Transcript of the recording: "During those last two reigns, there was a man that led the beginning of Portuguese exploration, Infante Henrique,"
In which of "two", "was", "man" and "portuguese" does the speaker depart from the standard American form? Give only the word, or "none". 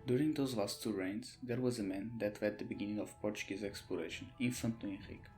none